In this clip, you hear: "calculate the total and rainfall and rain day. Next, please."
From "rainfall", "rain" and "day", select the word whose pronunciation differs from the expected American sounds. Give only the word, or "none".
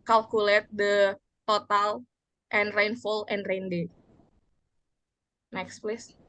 none